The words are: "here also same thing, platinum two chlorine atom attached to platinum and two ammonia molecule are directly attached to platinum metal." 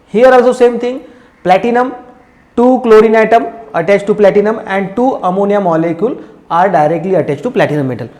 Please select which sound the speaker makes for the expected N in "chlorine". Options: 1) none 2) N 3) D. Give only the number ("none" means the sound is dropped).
2